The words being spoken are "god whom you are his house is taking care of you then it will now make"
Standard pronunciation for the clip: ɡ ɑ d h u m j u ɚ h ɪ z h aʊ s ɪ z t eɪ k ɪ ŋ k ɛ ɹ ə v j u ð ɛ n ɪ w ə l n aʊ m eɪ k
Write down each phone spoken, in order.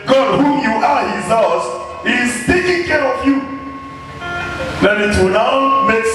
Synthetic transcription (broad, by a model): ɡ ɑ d h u j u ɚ h ɪ z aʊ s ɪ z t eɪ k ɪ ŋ k ɛ ɹ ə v j u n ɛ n ɪ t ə n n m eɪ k